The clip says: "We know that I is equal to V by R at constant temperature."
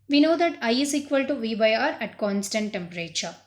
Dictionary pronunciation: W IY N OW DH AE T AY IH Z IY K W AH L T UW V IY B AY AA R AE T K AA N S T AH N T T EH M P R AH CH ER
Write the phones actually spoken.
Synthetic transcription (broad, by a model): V IY N OW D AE T AY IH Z IY K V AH L T UW V IY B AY AA R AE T K AA N S T AH N T T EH M P R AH CH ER